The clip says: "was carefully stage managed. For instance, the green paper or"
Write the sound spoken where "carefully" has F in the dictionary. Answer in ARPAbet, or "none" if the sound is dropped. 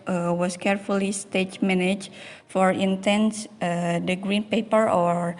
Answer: F